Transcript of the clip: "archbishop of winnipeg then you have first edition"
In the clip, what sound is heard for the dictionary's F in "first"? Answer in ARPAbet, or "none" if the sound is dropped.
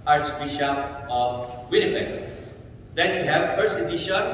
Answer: P